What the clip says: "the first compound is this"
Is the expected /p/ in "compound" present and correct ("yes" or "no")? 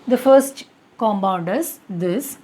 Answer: no